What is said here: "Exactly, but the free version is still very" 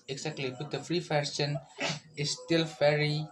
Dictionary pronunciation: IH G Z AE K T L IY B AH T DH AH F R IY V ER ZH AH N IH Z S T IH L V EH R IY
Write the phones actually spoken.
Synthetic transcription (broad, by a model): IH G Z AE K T L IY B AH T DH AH F R IY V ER SH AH N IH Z S T IH L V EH R IY